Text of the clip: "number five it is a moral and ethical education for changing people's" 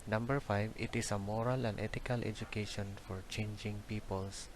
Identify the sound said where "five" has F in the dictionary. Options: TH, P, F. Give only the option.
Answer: F